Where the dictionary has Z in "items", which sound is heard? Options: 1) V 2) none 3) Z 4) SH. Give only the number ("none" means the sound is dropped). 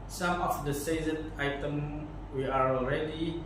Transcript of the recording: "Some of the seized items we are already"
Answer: 2